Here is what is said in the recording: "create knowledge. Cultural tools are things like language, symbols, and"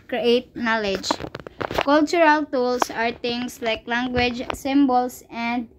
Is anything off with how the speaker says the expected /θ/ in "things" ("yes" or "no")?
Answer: yes